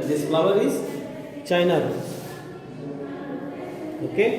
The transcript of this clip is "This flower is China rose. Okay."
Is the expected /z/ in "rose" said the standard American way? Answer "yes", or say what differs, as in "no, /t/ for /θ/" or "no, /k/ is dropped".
no, /z/ is dropped